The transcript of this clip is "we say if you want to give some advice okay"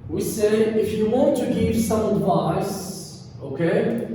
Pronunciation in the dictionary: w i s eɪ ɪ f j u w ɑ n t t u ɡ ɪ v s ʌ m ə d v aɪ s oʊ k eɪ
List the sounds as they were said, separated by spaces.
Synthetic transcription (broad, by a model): w i s eɪ ɪ f j u w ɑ n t t u ɡ ɪ v s ʌ m ə d v aɪ s oʊ k eɪ